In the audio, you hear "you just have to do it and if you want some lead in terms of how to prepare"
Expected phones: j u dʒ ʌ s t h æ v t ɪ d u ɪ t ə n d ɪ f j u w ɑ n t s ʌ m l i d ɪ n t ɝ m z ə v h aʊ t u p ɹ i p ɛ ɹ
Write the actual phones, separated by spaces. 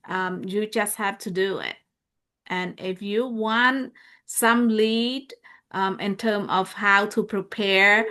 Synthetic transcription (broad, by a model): j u dʒ ʌ s t h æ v t ɪ d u ɪ t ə n ɪ f j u w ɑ n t s ʌ m l i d ɪ n t ɝ m ə v h aʊ t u p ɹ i p ɛ ɹ